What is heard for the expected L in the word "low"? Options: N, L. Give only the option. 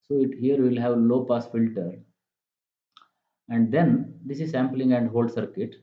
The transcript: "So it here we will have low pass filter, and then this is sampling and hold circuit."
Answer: L